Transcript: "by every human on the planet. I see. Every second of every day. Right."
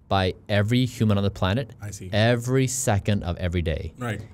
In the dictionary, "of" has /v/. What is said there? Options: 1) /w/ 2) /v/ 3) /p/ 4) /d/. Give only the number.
2